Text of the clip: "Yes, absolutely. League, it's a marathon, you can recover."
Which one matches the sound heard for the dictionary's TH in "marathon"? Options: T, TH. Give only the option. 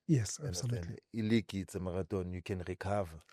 T